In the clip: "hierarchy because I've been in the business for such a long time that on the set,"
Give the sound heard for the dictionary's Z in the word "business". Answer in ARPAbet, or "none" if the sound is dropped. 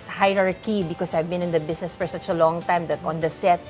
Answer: S